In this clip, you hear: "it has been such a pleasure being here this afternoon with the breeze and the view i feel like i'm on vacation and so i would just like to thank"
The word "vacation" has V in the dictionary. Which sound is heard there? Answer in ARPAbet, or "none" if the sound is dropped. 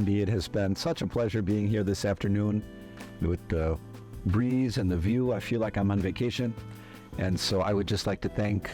V